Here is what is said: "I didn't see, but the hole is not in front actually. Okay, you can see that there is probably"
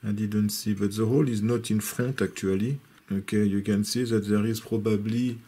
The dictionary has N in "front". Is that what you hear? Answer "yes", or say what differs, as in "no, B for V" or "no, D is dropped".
no, N is dropped